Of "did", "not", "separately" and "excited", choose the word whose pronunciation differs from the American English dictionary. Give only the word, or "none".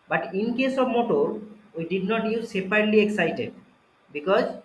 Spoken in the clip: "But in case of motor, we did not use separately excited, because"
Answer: separately